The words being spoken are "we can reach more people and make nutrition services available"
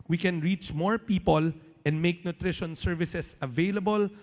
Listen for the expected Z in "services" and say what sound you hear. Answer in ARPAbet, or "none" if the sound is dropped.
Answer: S